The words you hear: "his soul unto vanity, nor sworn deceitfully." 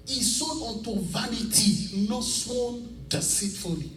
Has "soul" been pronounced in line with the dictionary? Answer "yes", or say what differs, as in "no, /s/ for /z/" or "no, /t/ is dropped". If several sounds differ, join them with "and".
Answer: no, /n/ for /l/